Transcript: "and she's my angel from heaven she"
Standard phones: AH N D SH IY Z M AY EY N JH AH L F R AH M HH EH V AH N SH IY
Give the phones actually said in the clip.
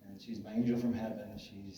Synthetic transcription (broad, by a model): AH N SH IY Z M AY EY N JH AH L F R AH M HH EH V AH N SH IY